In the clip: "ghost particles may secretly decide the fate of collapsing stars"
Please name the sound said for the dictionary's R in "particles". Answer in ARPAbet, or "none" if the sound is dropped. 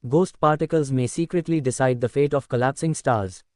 R